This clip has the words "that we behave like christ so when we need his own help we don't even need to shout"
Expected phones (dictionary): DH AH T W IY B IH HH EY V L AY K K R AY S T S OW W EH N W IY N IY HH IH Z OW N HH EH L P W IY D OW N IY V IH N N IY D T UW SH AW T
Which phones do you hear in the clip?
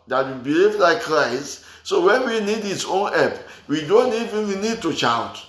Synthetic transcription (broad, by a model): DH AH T W IY B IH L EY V L AY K K R AY S T S OW W EH N W IY N IY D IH S OW N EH P W IY D OW N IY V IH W N IY D T UW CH AW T